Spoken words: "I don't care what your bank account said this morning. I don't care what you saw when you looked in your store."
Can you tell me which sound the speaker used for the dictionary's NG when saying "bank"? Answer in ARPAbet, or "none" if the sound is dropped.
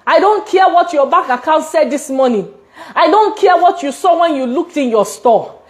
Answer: none